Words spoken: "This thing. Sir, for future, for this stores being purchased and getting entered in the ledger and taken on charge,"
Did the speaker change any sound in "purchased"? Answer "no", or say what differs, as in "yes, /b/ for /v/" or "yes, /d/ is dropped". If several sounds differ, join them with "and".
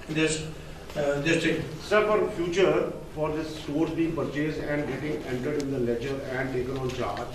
yes, /t/ is dropped